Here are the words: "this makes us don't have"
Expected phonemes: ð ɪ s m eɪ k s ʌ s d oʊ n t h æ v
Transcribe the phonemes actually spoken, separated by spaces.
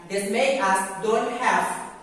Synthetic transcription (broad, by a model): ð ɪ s m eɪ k ʌ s d oʊ n t h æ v